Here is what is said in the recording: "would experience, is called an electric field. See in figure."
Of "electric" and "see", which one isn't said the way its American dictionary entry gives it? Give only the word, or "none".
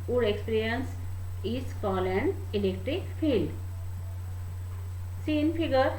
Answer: none